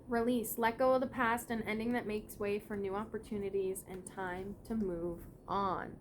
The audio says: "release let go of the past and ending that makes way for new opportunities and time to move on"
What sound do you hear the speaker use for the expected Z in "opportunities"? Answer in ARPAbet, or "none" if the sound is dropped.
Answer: Z